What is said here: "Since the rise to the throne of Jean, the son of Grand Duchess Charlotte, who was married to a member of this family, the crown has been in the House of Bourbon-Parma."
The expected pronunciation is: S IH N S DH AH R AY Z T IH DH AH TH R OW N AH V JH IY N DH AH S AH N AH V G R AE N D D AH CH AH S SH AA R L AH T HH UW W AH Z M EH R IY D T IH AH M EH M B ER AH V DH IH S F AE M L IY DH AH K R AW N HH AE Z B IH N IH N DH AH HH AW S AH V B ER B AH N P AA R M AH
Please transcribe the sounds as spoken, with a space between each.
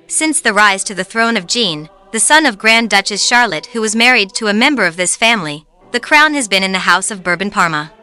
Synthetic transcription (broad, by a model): S IH N S DH AH R AY Z T IH DH AH TH R OW N AH V JH IY N DH AH S AH N AH V G R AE N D D AH CH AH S SH AA R L AH T HH UW W AH Z M EH R IY D T IH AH M EH M B ER AH V DH IH S F AE M L IY DH AH K R AW N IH Z B IH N IH N DH AH HH AW S AH V B ER B N P AA R M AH